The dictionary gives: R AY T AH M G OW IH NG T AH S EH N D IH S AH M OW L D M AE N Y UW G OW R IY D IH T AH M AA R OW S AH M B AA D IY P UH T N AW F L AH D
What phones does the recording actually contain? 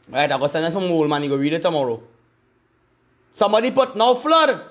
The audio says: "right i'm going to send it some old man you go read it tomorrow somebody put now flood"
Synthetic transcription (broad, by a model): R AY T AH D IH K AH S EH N IH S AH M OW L M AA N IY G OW W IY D IH T AH M AA R OW S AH M B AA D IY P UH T N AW F L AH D